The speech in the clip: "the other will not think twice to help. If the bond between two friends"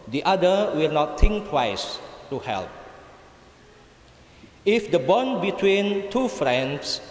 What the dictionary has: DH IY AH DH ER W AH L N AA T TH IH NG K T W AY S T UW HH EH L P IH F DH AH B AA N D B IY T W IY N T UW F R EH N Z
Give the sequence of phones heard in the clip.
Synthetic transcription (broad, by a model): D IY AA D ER W AH L N AA T T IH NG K T W AY S T UW HH EH L P IH F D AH B AA N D B IY T W IY N T UW F R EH N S